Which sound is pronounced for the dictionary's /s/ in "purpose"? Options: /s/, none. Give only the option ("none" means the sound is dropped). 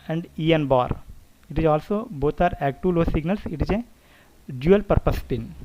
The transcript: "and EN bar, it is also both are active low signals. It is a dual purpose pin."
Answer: /s/